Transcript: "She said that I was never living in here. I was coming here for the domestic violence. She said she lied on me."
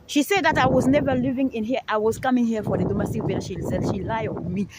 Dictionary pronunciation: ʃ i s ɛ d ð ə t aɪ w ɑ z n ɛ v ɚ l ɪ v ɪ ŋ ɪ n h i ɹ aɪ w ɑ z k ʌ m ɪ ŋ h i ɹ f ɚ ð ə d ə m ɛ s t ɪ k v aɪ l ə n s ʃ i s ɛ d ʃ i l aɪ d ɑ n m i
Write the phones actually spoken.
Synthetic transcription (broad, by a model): ʃ i s ɛ d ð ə t aɪ w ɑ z n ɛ v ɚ l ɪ v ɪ ŋ ɪ n h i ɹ aɪ w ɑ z k ʌ m ɪ ŋ h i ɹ f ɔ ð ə d ə m ɛ s t ɪ k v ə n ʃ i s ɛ ʃ i l aɪ ɑ n m i